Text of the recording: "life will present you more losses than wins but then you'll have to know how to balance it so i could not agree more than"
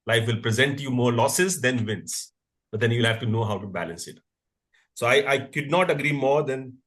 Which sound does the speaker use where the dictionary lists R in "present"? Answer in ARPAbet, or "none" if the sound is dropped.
R